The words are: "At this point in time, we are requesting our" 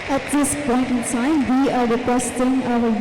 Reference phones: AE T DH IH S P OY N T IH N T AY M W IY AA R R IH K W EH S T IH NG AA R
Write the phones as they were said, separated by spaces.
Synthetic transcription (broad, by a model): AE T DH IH S P OY N T IH N S AY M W IY AA R R IH K W EH S T IH NG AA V